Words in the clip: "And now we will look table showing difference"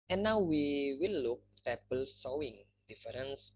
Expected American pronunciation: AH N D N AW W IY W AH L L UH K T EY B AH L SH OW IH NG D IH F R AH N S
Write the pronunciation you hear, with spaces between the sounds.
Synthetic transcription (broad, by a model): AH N N AW W IY W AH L L UH K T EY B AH L S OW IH NG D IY F R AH N S